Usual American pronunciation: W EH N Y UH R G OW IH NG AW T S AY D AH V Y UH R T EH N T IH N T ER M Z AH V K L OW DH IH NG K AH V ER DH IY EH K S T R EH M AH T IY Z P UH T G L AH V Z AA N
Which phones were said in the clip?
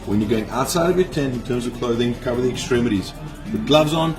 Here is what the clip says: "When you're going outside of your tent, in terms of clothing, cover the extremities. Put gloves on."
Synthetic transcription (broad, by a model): W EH N Y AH R G OW IH NG AW T S AY D AH V Y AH R T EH N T IH N T ER M Z AH V K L OW DH IH NG K AH V ER DH IY EH K S T R EH M AH T IY Z B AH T G L AH V Z N